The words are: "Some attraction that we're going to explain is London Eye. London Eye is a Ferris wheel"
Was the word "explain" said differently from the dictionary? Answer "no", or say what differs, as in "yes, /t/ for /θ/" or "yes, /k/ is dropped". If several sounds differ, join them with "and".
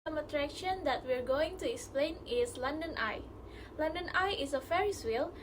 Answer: no